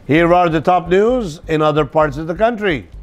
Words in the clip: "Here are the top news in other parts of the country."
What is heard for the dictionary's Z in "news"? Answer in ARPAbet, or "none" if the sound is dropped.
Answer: Z